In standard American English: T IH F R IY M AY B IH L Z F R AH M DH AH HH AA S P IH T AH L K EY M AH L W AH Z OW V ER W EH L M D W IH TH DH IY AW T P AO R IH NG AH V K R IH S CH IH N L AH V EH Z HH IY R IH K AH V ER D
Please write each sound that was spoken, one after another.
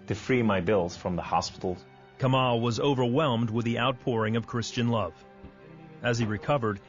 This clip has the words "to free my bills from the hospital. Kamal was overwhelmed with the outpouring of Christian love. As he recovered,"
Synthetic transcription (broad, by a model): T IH F R IY M AY B IH L Z F R AH M DH AH HH AA S P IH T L K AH M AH L W AH Z OW V ER W EH L M D W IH DH IY AW T P AO R IH NG AH V K R IH S CH IH N L AH V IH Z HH IY R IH K AH V ER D